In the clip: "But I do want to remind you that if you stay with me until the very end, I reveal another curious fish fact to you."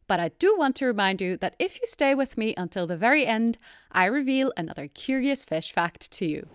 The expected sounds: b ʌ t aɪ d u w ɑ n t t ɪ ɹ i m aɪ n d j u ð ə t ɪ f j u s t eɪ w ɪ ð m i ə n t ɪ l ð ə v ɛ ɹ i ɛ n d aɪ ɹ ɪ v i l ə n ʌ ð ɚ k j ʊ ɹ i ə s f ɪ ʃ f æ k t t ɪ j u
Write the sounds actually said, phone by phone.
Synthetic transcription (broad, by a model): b ʌ t aɪ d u w ɑ n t t ɪ ɹ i m aɪ n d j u ð ə t ɪ f j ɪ s t eɪ w ɪ ð m i ə n t ɪ l ð ə v ɛ ɹ i ɛ n d aɪ ɹ ɪ v i l ə n ʌ ð ɚ k j ʊ ɹ i ə s f ɪ ʃ f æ k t t ɪ j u